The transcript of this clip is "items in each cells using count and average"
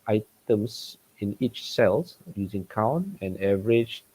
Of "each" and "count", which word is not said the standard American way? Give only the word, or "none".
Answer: count